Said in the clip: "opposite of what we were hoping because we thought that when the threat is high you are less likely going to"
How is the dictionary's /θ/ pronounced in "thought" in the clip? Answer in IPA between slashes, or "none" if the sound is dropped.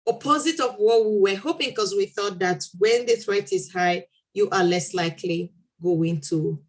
/θ/